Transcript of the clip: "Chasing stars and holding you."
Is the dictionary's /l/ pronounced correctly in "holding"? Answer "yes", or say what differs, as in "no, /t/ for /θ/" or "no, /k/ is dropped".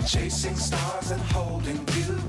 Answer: yes